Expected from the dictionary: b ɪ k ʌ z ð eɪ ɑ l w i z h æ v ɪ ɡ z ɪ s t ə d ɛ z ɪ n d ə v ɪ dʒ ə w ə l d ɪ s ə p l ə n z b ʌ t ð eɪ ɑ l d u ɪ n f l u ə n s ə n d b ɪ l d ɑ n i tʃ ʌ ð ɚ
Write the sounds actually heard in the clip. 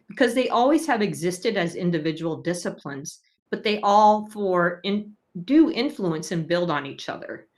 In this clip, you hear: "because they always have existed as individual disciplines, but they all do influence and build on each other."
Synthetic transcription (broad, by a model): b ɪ k ʌ z ð eɪ ɑ l w i z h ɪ v ɪ ɡ z ɪ s t ə d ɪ z ɪ n d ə v ɪ dʒ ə w l d ɪ s ə p l ə n z b ʌ t ð eɪ ɑ l d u ɪ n f l u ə n s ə n b ɪ l d n i tʃ ʌ ð ɚ